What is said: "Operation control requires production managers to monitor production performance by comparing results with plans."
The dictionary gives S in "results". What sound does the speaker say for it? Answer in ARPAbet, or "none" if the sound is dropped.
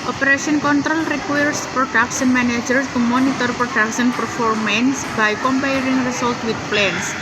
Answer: none